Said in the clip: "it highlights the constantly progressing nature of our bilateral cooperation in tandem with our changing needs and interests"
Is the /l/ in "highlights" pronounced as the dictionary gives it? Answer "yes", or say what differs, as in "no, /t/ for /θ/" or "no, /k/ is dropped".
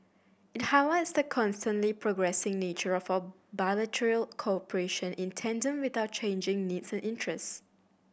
no, /w/ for /l/